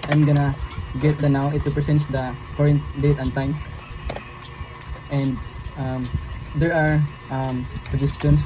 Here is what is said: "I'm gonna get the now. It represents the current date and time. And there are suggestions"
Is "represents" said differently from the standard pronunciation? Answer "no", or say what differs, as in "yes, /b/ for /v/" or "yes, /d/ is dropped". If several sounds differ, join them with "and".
yes, /s/ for /z/